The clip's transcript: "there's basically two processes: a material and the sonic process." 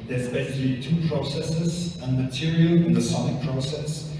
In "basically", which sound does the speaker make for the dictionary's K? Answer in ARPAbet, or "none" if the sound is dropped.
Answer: none